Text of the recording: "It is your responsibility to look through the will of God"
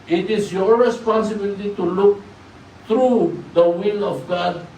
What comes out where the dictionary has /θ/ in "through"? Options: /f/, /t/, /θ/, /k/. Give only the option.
/t/